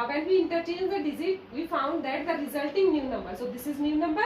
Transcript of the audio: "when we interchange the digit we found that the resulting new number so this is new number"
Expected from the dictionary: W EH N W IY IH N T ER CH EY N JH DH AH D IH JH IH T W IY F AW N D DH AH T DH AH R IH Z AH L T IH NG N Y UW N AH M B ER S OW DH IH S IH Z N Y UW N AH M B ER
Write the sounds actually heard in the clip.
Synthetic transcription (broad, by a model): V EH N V IY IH N T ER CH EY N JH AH D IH Z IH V IY F AW N D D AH T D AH R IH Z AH L T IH NG N Y UW N AH M B ER S OW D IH S IH Z N Y UW N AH M B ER